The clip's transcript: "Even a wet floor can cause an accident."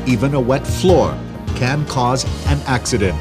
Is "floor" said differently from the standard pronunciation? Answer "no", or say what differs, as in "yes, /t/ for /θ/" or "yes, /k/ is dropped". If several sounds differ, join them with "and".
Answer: no